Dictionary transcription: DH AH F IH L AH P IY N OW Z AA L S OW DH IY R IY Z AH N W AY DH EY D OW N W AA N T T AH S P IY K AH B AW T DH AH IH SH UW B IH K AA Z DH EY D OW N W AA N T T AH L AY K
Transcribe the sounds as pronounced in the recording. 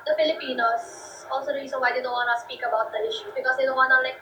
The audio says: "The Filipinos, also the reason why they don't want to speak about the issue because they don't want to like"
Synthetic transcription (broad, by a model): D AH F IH L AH P IY N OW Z AA L S OW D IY L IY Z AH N W AY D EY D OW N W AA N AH S P IY K AH B AW T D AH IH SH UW B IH K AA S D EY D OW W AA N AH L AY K